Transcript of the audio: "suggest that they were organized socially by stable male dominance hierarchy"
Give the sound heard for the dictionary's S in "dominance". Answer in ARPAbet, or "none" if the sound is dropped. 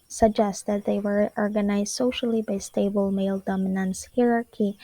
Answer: S